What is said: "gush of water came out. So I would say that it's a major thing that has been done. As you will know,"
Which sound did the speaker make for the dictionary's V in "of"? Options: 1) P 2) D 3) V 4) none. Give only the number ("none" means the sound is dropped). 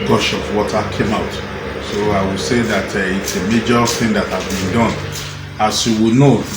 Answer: 1